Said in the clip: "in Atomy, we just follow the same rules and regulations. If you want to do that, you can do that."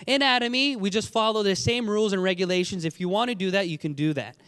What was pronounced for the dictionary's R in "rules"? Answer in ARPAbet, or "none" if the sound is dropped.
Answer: R